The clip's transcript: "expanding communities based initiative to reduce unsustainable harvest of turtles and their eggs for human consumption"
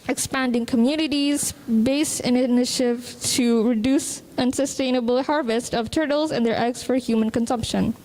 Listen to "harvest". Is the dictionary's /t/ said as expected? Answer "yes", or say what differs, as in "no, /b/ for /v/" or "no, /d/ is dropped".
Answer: yes